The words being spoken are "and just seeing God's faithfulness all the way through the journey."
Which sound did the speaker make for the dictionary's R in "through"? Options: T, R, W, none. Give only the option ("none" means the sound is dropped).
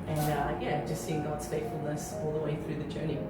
R